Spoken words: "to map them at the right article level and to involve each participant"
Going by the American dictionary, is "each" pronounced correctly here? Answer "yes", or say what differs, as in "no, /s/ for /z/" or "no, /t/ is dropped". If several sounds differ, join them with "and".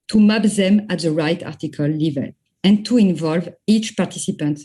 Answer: yes